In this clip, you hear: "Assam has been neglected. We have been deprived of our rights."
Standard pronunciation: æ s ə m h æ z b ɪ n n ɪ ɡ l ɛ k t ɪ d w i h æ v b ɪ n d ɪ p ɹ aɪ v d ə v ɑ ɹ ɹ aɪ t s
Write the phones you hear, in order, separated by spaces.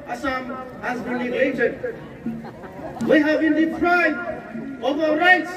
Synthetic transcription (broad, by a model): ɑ s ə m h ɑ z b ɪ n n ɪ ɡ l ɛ t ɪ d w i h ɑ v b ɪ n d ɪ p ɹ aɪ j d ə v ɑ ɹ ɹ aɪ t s